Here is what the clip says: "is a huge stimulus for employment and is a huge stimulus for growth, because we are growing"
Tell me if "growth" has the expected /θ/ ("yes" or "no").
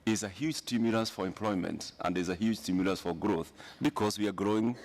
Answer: yes